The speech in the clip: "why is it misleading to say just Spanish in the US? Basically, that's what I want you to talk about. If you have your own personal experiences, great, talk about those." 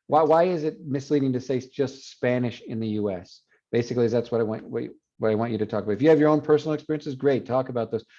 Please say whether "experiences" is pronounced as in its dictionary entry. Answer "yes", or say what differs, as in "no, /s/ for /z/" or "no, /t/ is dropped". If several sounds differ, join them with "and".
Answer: yes